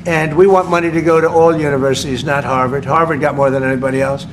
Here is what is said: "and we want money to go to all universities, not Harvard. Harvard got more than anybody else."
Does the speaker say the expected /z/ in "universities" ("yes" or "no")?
yes